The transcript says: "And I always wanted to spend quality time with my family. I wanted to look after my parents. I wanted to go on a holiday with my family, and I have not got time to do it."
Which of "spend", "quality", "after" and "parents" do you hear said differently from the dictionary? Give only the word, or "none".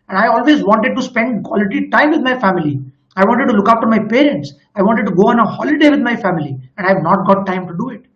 after